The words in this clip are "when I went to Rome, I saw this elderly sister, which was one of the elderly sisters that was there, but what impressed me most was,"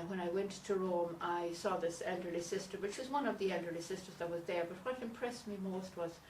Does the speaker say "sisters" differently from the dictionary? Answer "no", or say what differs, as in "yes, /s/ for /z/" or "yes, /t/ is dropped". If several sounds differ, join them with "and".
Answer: no